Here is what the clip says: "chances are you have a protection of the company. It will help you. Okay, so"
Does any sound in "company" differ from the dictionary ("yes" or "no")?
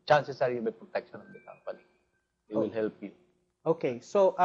yes